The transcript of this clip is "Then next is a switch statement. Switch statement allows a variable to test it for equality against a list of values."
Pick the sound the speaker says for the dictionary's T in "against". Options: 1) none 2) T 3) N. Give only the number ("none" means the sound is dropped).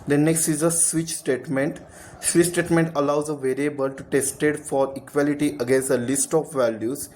1